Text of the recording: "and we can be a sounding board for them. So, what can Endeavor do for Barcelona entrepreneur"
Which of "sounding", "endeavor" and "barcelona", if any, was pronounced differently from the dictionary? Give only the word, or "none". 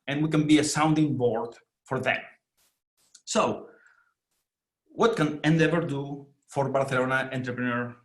barcelona